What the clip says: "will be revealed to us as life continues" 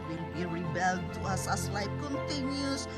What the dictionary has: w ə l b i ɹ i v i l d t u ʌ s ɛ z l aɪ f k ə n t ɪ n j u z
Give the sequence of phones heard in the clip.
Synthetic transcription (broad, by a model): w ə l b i ɹ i b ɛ l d t u ʌ s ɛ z l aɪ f k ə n t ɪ n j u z